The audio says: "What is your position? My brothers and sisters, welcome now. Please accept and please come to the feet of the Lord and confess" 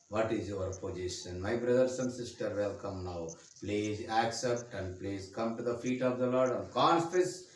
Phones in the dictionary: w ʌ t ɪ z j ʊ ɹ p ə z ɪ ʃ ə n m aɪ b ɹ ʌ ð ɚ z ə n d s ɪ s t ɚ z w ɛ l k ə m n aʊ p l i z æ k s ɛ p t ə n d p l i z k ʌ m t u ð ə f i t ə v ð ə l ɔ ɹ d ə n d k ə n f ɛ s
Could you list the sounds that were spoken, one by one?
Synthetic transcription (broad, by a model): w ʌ t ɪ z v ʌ ɹ p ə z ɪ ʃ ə n m aɪ b ɹ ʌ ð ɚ s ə n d s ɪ s t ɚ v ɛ l k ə m n aʊ p l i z æ k s ɛ p t ə n d p l i z k ʌ m t u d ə f i t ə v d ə l ɔ ɹ d ə n d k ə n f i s